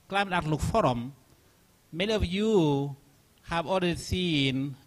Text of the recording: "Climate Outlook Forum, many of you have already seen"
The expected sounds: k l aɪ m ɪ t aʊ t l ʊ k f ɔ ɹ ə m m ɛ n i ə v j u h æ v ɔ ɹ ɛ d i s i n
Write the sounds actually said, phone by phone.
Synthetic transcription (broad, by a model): k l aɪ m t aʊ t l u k f ɔ ɹ ə m m ɛ n i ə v j u h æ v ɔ l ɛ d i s i n